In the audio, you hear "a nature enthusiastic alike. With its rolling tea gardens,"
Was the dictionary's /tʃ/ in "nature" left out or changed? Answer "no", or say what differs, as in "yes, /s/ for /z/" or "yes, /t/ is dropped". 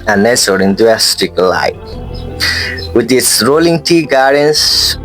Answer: yes, /s/ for /tʃ/